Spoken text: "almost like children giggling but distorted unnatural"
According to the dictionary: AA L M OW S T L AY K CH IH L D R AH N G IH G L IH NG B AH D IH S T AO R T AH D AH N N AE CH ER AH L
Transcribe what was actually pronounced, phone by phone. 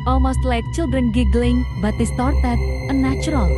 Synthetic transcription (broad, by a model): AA L M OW S T L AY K CH IH L D R AH N G IH G L IH NG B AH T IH S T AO R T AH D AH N N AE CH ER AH L